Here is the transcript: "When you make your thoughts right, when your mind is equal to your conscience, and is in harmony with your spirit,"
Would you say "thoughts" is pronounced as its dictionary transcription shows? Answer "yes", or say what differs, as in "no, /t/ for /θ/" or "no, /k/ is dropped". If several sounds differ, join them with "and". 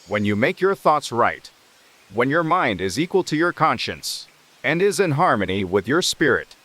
yes